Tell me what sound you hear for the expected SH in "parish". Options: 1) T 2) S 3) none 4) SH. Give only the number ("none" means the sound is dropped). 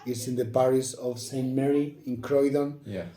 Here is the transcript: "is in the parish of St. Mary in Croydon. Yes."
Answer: 2